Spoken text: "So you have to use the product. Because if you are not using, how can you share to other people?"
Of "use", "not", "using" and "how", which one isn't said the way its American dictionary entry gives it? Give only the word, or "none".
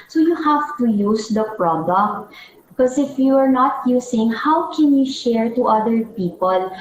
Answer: using